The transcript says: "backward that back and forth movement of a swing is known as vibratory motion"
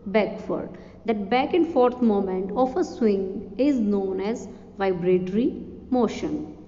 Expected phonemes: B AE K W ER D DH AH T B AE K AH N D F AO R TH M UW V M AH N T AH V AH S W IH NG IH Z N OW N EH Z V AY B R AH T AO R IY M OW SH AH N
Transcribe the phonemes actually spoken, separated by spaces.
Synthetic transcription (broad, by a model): B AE K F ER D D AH T B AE K AH N D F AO R T M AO M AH N T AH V AH S W IH NG IH Z N OW N EH Z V AY B R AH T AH R IY M OW SH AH N